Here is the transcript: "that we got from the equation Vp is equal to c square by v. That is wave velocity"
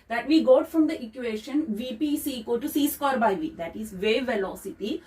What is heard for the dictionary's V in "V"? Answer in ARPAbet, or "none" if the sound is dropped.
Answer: V